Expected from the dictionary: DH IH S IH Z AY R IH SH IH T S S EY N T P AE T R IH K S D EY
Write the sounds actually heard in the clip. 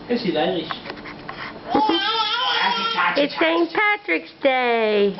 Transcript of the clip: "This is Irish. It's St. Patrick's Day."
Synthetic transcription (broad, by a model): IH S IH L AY IH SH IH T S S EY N P AE T R IH K S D EY